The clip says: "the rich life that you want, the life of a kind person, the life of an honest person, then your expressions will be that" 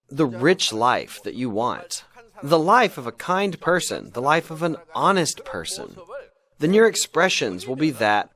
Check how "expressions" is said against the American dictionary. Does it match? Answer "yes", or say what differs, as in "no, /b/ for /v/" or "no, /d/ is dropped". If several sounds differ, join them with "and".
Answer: yes